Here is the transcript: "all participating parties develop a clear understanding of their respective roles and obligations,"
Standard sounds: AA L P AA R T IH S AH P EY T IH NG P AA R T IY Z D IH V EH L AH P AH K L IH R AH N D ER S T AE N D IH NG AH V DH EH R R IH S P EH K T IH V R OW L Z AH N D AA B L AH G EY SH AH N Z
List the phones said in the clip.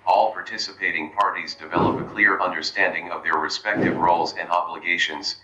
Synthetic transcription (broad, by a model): AA L P AA R T IH S AH P EY T IH NG P AA R T IY Z D IH V EH L AH P AH K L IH R AH N D ER S T AE N D IH NG AH V DH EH R R IH S P EH K T IH V R OW L Z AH N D AA B L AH G EY SH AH N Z